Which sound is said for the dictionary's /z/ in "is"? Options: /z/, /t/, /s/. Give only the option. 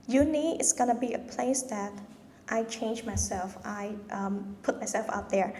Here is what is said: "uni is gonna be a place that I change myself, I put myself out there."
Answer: /s/